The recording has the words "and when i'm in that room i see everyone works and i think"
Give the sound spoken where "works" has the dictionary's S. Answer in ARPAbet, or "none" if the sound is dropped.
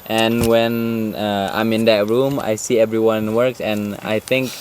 S